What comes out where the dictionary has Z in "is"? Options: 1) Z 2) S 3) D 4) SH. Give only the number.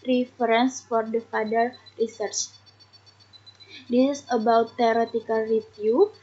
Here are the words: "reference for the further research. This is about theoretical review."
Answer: 2